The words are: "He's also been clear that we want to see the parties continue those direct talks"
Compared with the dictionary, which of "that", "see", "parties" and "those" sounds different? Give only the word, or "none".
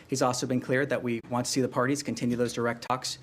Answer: none